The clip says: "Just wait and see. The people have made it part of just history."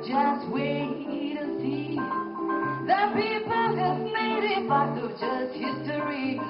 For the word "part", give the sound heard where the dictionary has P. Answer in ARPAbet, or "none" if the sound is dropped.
B